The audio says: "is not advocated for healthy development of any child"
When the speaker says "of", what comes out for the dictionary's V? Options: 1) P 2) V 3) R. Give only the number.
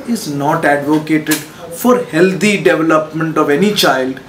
2